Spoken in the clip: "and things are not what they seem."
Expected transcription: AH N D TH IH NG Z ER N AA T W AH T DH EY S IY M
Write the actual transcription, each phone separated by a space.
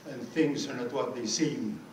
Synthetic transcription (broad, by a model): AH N TH IH NG Z ER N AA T W AH T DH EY S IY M